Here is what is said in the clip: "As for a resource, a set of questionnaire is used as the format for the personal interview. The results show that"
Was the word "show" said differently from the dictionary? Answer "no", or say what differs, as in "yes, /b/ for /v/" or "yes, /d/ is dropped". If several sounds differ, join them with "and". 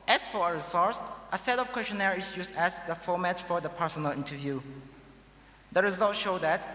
no